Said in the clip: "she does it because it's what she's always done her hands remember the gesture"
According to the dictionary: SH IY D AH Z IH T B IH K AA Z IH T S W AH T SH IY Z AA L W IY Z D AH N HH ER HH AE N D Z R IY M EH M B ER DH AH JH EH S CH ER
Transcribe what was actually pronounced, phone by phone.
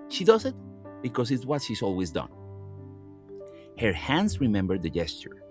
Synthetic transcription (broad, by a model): SH IY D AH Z IH T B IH K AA S IH T S W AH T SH IY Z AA L W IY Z D AH N HH ER HH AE N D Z R IY M EH M B ER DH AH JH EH S CH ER